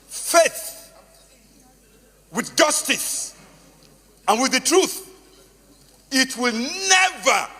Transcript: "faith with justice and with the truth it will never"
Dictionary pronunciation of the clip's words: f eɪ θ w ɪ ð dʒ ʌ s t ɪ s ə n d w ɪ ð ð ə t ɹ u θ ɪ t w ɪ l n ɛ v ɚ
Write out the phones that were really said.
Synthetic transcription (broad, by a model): f eɪ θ w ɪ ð dʒ ʌ s t ɪ s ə n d w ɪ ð ð ə t ɹ u θ ɪ t w ɪ l n ɛ v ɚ